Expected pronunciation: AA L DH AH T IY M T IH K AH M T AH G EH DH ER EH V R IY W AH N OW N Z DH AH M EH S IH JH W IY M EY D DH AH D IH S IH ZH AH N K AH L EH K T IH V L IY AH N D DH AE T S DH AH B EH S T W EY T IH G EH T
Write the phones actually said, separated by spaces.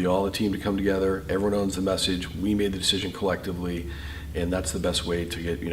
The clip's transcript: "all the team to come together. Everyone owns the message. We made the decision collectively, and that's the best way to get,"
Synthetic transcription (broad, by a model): AA L DH AH T IY M T IH K AH M T AH G EH DH ER EH V R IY W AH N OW N Z DH AH M EH S IH JH W IY M EY D DH AH D IH S IH ZH AH N K AH L EH K T IH V L IY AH N DH AE T S DH AH B EH S T W EY T IH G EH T